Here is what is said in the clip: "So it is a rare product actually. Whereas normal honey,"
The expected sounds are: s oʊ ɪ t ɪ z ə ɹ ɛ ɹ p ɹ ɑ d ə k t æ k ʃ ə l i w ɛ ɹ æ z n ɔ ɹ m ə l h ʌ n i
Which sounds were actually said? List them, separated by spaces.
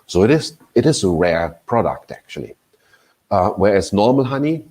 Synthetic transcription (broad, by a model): s oʊ ɪ t ɪ z ə ɹ ɛ ɹ p ɹ ɑ d ə k t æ k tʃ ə l i w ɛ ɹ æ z n ɔ ɹ m ə l h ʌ n i